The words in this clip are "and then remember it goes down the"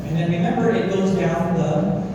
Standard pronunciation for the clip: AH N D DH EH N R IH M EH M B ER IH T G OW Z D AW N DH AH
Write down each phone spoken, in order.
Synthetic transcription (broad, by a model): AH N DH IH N R IH M EH M B ER IH T G OW Z D AW N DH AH